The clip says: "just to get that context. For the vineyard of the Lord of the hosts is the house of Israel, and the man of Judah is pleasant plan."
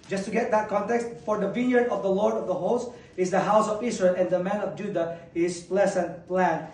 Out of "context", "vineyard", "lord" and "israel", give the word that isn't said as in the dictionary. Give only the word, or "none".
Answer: israel